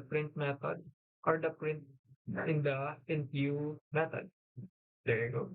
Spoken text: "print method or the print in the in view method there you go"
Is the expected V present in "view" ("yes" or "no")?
no